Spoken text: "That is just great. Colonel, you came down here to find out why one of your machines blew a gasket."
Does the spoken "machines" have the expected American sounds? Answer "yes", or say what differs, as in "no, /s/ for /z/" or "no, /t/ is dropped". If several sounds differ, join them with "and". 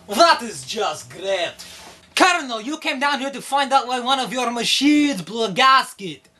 no, /n/ is dropped